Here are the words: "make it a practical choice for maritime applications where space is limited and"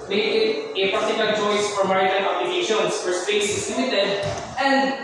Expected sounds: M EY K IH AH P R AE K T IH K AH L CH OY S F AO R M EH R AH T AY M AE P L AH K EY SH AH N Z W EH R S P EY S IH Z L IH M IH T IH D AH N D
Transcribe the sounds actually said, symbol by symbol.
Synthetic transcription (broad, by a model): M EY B IH AH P AA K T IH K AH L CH OY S F AO R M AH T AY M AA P L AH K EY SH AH N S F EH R S P EY S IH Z L IH M IH T IH D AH N D